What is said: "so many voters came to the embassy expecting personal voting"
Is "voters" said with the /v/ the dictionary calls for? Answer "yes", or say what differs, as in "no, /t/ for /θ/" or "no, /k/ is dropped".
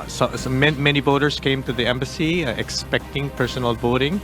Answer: no, /b/ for /v/